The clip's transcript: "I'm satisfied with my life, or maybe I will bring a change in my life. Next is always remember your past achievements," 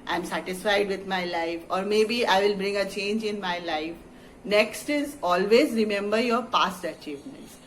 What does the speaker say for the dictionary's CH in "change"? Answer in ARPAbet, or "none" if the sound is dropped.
CH